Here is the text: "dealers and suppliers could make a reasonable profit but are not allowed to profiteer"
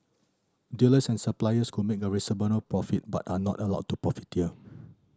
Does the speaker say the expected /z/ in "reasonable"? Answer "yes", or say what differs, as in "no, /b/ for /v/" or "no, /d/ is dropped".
no, /s/ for /z/